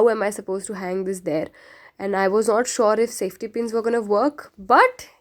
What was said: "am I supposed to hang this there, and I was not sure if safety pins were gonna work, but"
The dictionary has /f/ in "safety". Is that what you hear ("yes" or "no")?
yes